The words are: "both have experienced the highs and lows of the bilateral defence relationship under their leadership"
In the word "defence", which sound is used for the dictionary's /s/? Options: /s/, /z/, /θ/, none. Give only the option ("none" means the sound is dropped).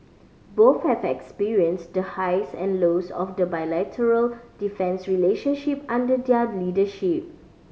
/s/